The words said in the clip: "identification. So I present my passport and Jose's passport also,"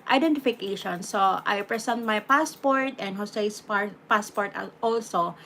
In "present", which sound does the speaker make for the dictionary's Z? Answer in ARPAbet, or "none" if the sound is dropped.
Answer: S